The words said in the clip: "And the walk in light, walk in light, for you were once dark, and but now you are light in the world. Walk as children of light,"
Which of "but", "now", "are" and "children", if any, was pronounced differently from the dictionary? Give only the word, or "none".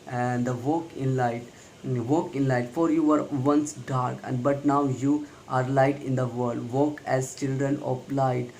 none